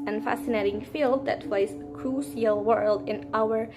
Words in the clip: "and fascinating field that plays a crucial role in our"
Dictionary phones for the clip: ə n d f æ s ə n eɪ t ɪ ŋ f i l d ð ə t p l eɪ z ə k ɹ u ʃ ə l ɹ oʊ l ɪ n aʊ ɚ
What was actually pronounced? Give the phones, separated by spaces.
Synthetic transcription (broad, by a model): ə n f æ s ə n eɪ t ɪ ŋ f i l d ð ə t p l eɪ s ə k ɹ u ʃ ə l w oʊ l ɪ n aʊ ɚ